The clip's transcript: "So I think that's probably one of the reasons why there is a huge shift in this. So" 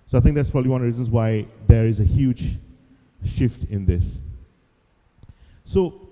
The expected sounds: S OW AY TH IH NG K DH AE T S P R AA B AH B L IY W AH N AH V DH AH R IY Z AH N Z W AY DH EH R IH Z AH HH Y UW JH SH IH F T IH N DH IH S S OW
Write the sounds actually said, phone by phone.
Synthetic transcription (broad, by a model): S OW AY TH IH NG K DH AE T S P R AA B AH B L IY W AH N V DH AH R IY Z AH N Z W AY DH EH R IH Z AH HH Y UW JH SH IH F T IH N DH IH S S OW